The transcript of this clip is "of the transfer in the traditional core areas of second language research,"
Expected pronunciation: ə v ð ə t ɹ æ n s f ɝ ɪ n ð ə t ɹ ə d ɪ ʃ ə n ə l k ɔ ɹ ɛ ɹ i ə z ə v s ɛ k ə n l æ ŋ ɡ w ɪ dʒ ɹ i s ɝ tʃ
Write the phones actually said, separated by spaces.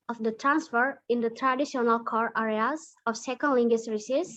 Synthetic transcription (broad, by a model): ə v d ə t ɹ æ n s f ɝ ɪ n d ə t ɹ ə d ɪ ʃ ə n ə l k ɔ ɹ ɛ ɹ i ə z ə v s ɛ k ə n l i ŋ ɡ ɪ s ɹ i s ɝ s